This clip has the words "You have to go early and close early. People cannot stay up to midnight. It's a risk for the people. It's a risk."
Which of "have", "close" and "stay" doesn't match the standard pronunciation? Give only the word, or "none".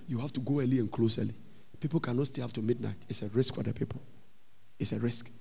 have